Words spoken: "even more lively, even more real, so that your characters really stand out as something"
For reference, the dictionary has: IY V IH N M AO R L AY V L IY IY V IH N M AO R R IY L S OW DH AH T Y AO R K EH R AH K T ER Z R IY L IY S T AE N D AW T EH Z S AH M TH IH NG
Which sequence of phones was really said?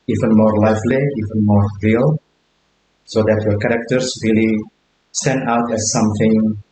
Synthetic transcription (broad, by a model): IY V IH N M AO R L AY F L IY IY V IH N M AO R R IY L S OW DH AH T Y AO R K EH R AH K T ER S R IY L IY S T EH N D AW T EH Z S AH M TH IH NG